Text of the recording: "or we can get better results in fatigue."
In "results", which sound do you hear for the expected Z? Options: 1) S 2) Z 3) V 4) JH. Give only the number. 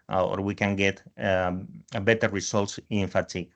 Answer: 1